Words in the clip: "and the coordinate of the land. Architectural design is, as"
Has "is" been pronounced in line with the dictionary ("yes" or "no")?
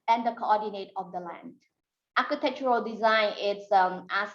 no